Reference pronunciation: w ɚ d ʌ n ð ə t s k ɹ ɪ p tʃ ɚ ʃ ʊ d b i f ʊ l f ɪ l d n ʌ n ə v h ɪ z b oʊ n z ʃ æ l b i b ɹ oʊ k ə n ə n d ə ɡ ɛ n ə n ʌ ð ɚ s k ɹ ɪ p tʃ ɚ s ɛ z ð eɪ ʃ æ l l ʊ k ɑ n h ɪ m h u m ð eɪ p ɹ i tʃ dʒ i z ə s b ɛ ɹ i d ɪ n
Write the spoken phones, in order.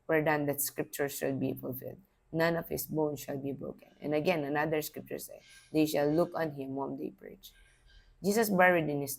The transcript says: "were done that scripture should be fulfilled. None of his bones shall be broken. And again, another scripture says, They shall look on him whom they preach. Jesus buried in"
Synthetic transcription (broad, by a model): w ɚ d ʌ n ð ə t s k ɹ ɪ p tʃ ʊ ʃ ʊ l b i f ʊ l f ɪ l d n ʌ n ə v h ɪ s b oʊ n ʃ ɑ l b i b ɹ oʊ k ə n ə n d ə ɡ ɛ n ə n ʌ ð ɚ s k ɹ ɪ p tʃ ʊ s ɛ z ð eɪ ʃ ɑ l l ʊ k ɑ n h ɪ m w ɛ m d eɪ p ɹ i tʃ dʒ i s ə s b ɛ ɹ i d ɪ n